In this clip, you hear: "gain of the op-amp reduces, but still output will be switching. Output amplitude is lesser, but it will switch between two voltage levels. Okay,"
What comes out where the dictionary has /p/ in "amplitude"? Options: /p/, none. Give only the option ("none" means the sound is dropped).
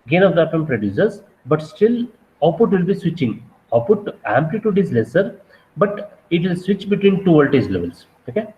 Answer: /p/